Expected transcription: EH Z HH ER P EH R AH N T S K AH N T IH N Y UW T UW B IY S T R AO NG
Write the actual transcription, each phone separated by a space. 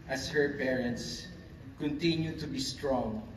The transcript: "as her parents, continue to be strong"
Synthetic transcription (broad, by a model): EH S HH ER P EH R AH N T S K AH N T IH N Y UW T UW B IY S T R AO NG